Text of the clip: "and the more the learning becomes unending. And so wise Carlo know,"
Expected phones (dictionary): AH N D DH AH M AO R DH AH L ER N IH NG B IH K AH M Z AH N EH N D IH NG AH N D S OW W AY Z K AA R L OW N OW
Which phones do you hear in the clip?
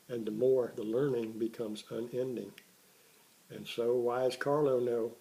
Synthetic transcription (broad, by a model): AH N DH AH M AO R DH AH L ER N IH NG B IH K AH M Z AH N EH N D IH NG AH N S OW W AY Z K AA R L OW N OW